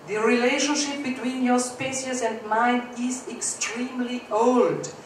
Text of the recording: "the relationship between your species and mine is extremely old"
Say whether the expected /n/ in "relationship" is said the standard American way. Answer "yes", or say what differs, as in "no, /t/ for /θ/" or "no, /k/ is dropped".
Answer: yes